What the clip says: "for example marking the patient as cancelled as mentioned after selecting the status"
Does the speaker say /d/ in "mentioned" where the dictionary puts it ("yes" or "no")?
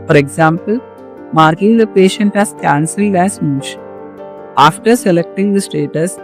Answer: no